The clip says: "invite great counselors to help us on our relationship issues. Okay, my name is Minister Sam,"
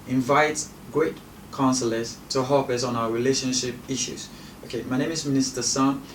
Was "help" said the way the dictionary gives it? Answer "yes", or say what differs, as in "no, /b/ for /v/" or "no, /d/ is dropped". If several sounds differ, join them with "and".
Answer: no, /l/ is dropped